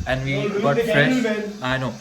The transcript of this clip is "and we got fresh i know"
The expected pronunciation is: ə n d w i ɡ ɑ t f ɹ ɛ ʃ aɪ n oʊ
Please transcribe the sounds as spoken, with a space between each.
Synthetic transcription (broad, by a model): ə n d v i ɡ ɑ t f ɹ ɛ aɪ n oʊ